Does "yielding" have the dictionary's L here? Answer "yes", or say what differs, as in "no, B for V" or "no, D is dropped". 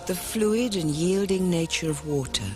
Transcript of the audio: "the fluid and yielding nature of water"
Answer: yes